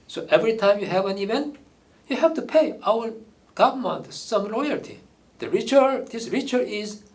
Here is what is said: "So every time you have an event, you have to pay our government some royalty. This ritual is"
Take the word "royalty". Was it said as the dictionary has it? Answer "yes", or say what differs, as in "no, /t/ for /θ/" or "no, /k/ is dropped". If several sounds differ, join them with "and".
no, /l/ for /ɹ/